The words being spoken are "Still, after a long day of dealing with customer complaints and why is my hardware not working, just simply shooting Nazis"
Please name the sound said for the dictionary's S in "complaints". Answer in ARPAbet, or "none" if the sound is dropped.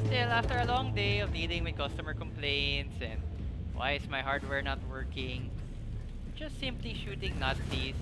S